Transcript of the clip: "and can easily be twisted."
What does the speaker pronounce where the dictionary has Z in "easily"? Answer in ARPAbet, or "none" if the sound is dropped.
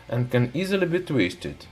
Z